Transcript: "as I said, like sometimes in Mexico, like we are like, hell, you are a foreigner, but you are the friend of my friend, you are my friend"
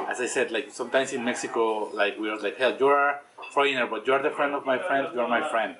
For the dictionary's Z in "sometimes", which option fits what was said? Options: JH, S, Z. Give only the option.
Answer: S